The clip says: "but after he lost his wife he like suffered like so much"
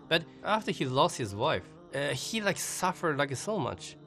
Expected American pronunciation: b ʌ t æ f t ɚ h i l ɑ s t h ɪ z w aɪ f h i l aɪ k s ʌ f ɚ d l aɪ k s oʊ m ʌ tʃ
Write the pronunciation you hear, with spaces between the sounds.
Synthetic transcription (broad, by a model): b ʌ t æ f t ɚ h i l ɑ s t h ɪ z w aɪ f h i l aɪ k s ʌ f ɚ d l aɪ k s oʊ m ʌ tʃ